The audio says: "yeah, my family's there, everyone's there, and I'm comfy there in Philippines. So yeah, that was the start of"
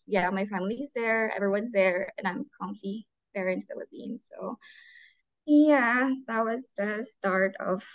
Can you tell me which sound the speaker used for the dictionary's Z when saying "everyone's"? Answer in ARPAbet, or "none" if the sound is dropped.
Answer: Z